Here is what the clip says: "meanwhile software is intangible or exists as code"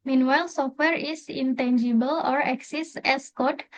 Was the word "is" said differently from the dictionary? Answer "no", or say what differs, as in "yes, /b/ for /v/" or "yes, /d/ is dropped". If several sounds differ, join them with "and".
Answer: yes, /s/ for /z/